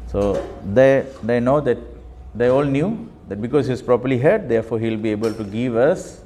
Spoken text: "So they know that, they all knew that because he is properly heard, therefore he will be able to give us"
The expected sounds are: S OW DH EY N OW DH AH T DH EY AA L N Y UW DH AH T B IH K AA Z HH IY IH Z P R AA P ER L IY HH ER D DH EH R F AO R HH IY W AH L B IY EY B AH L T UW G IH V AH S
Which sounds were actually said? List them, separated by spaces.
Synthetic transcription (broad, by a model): S OW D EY N OW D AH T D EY AA L N Y UW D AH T B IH K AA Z HH IY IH S P R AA P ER L IY HH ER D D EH F AO HH IY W L B IY EY B AH L T UW G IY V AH S